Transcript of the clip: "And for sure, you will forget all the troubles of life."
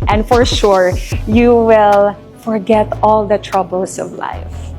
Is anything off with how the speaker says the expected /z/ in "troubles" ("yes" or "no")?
yes